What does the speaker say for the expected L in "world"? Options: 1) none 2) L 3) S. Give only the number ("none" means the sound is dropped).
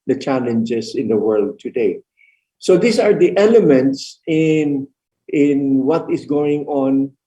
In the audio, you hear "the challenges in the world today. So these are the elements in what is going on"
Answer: 2